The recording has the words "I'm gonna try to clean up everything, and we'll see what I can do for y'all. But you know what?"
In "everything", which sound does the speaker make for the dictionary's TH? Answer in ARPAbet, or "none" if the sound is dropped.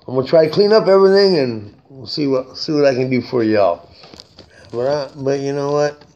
TH